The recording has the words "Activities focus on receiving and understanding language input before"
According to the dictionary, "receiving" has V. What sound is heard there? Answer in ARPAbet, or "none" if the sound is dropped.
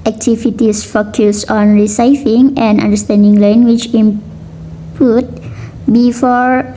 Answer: F